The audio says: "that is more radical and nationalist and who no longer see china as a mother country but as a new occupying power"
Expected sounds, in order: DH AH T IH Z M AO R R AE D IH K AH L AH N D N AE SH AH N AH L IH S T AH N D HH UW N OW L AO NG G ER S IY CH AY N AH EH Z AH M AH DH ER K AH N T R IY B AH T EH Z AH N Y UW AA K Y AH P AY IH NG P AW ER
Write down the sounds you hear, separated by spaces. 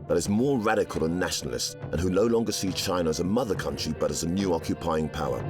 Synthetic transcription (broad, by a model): DH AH T IH Z M AO R R AE D IH K AH L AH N N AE SH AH N L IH S T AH N HH UW N OW L AO NG G ER S IY CH AY N AH Z AH M AH DH ER K AH N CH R IY B AH T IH Z AH N Y UW AA K Y AH P AY IH NG P AW ER